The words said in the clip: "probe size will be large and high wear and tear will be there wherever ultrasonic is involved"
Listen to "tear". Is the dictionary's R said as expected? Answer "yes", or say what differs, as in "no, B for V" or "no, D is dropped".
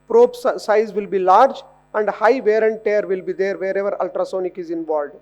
yes